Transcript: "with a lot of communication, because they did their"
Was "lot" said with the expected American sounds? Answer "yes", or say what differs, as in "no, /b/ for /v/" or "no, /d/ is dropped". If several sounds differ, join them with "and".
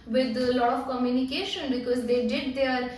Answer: no, /t/ is dropped